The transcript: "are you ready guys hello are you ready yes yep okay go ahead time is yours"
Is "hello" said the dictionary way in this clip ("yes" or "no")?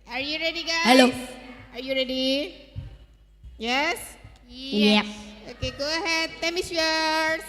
yes